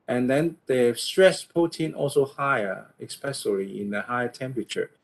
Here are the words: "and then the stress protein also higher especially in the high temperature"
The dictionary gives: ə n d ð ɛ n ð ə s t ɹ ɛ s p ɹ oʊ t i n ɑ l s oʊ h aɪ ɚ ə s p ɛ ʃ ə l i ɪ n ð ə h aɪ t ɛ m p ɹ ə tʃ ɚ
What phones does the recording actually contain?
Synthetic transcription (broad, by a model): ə n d ɛ n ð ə s t ɹ ɛ s p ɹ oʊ t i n ɑ l s oʊ h aɪ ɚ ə s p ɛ s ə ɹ i ɪ n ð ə h aɪ t ɛ m p ɹ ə tʃ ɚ